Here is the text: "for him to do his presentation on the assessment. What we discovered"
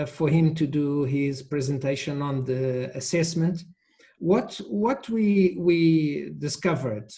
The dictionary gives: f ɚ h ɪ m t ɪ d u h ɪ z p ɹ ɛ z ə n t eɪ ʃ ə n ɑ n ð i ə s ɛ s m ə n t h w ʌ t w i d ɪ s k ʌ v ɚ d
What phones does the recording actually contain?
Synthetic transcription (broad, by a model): f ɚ h ɪ m t ɪ d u h ɪ z p ɹ ɛ z ə n t eɪ ʃ ə n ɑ n ð i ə s ɛ s m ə n t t w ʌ t w i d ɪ s k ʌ v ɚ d